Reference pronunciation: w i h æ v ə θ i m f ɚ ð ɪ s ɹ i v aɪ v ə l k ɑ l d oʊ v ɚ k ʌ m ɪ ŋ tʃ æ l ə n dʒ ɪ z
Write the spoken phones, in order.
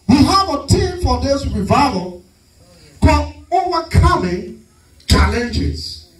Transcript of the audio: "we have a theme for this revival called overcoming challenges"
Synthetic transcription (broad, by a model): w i h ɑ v ə t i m f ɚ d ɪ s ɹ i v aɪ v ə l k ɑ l oʊ v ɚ k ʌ m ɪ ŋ tʃ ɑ l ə n dʒ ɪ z